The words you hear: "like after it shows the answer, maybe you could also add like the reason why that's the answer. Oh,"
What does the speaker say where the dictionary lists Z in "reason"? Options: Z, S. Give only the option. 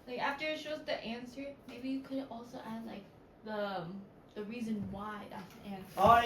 Z